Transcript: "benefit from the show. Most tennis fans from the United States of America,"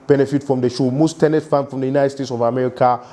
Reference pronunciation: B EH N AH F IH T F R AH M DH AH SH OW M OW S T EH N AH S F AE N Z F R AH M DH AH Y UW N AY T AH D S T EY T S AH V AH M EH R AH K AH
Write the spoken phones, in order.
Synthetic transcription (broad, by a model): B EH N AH F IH T F R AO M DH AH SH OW M OW S T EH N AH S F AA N F R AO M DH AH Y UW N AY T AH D S T EY T S AH V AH M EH R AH K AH